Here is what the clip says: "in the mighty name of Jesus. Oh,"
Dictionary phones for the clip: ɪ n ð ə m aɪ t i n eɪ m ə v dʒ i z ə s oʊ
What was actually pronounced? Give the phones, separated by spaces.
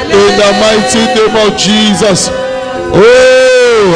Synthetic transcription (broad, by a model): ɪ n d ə m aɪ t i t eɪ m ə w dʒ i z ə s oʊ